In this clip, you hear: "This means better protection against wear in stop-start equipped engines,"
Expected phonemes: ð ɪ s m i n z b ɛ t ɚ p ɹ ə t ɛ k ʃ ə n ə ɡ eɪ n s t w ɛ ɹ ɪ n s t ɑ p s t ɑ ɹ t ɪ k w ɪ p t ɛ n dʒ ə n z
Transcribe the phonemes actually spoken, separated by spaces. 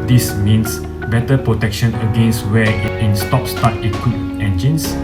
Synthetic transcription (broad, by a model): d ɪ s m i n s b ɛ t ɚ p ɹ ə t ɛ k ʃ ə n ə ɡ eɪ n s t w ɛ ɪ n s t ɑ p s t ɑ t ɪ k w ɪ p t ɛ n dʒ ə n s